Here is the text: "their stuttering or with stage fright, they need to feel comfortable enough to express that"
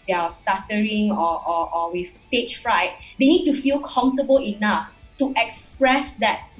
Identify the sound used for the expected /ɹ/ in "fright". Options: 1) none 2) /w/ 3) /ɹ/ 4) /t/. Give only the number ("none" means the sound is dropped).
3